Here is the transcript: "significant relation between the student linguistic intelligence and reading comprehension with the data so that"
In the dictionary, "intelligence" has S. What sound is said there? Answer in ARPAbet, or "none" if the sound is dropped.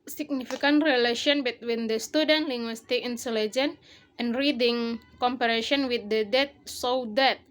none